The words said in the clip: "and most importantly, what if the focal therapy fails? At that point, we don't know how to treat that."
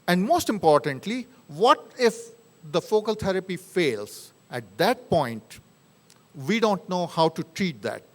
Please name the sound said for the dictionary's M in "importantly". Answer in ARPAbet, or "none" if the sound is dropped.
M